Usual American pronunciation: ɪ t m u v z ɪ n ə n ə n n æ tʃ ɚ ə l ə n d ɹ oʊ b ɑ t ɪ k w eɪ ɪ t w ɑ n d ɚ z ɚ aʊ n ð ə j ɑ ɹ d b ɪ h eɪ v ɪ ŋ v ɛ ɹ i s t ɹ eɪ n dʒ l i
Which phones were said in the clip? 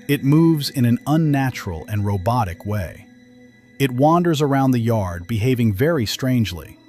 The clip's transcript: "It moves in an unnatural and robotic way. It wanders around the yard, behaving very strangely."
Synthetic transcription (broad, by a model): ɪ t m u v z ɪ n ə n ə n n æ tʃ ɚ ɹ l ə n ɹ oʊ b ɑ t ɪ k w eɪ ɪ t w ɑ n d ɚ z ɚ aʊ n ð ə j ɑ ɹ d b ɪ h eɪ v ɪ ŋ v ɛ ɹ i s t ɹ eɪ n dʒ l i